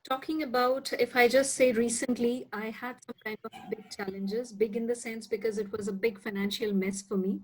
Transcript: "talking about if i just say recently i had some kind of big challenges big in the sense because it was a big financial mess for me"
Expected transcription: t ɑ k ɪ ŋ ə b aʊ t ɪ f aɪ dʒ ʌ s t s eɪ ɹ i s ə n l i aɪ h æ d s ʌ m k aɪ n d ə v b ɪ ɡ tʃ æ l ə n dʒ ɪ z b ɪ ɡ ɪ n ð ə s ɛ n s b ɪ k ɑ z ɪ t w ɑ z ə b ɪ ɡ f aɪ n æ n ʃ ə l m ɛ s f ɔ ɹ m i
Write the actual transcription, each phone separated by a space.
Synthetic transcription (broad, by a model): t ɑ k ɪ ŋ ə b aʊ t ɪ f aɪ dʒ ʌ s t s eɪ ɹ i s ə n l i aɪ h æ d s ʌ m k aɪ n d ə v b ɪ ɡ tʃ æ l ə n dʒ ɪ z b ɪ ɡ ɪ n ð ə s ɛ n s b ɪ k ɑ z ɪ t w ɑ z ə b ɪ ɡ f aɪ n æ n ʃ ə l m ɛ s f ɔ ɹ m i